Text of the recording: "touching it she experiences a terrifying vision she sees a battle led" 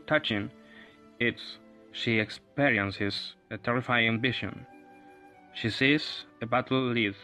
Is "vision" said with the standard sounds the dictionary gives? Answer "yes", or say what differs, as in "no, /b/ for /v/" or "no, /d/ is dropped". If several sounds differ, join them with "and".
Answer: no, /b/ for /v/ and /ʃ/ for /ʒ/